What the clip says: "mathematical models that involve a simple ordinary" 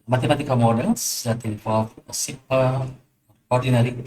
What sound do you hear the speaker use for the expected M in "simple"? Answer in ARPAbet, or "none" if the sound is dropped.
none